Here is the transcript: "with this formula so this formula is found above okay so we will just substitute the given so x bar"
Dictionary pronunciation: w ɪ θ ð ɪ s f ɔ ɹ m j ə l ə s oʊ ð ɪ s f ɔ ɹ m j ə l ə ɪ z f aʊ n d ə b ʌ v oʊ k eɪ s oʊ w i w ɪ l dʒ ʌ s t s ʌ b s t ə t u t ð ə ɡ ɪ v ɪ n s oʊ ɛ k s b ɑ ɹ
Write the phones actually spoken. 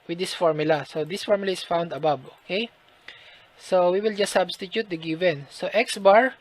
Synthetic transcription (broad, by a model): w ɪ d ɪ s f ɔ ɹ m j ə l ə s oʊ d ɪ s f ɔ ɹ m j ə l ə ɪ s f aʊ n d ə b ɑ b oʊ k eɪ s oʊ w i w ɪ l dʒ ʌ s s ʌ b s t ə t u t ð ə ɡ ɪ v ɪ n s oʊ ɛ k s b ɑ ɹ